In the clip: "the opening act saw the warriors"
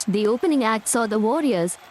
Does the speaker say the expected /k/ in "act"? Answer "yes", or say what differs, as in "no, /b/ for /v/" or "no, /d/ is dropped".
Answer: yes